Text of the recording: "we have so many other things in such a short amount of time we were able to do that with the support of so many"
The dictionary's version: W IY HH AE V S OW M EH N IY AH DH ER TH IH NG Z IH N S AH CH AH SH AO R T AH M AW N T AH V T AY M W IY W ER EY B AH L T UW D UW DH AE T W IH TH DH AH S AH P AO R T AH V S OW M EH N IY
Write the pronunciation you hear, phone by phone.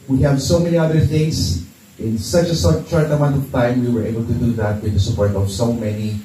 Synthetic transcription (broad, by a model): W IY HH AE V S OW M EH N IY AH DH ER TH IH NG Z IH N S AH CH AH S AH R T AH M AW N T AH V T AY M W IY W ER EY B AH L T UW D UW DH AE T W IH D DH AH S AH P AO R T AH V S OW M EH N IY